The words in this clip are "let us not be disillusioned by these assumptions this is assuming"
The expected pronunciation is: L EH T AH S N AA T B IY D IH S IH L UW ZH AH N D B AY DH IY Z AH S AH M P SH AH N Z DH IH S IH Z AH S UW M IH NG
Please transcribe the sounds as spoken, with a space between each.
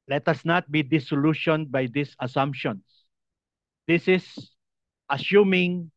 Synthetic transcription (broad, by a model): L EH T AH S N AA T B IY D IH S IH L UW SH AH N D B AY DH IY S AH S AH M P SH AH N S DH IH S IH S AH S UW M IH NG